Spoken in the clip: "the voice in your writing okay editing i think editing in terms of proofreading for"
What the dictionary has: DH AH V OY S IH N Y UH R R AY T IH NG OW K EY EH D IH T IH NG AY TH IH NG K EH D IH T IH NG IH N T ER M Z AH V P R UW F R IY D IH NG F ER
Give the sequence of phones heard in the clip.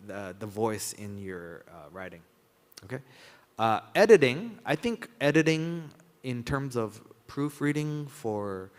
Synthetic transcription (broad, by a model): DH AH V OY S IH N Y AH R R AY T IH NG OW K EY EH D IH T IH NG AY TH IH NG K EH D IH T IH NG IH N T ER M Z AH V P R UW F R IY D IH NG F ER